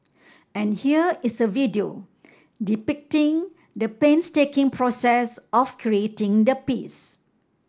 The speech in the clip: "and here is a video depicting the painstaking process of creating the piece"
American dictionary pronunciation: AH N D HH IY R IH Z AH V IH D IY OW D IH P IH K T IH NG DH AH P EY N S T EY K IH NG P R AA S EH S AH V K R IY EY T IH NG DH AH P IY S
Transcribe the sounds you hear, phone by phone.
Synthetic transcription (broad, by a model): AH N HH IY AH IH S AH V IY D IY OW D IH P IH K T IH NG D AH P EY N S T EY K IH NG P R AA S EH S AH F K R IY EY T IH NG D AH P IY S